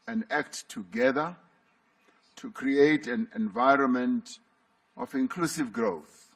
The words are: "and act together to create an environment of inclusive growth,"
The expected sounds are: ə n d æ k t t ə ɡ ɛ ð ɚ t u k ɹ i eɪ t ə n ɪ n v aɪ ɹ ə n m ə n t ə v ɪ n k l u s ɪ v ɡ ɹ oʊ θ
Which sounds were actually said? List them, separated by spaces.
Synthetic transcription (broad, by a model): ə n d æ k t t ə ɡ ɛ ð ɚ t u k ɹ i eɪ t ə n ɪ n v aɪ ɹ ə n m ə n t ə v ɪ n k l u s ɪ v ɡ ɹ oʊ θ